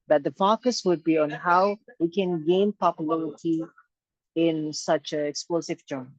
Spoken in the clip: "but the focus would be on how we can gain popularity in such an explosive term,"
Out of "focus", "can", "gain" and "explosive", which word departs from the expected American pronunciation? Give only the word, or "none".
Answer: none